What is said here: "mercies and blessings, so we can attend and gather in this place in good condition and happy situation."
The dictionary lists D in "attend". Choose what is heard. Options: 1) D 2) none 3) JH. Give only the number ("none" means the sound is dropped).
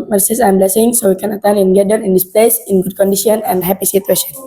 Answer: 2